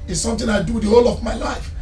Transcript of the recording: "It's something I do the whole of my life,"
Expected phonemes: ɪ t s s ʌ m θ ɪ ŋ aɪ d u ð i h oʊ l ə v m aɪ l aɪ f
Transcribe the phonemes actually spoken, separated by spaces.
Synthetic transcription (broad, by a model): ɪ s s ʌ m t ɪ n aɪ d u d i h oʊ l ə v m aɪ l aɪ f